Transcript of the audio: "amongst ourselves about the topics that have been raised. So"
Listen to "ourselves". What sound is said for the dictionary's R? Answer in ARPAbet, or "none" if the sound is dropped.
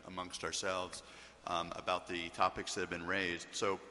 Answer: R